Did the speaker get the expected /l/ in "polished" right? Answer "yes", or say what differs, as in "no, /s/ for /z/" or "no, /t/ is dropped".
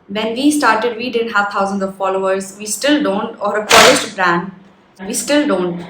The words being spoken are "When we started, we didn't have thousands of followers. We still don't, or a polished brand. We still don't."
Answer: no, /l/ is dropped